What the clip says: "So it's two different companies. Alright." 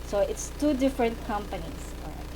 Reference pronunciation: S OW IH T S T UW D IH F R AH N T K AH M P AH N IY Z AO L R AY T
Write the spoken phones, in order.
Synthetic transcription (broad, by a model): S OW IH T S T UW D IH F R AH N T K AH M P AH N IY S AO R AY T